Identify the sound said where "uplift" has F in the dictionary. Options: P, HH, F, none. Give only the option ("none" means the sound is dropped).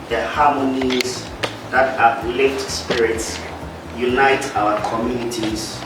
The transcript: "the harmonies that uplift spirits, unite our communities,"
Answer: none